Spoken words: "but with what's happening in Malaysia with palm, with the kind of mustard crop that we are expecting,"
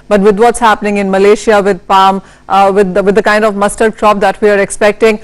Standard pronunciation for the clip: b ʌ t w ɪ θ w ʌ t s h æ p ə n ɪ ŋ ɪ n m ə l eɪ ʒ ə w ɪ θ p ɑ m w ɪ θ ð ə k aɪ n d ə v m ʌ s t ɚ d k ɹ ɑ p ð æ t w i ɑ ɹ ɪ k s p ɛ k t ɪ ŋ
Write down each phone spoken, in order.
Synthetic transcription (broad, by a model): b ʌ t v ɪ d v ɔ t s h æ p ə n ɪ ŋ ɪ n m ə l eɪ ʃ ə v ɪ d p ɑ m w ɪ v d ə k aɪ n d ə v m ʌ s t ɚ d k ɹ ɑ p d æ t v i ɑ ɹ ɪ k s p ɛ k t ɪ ŋ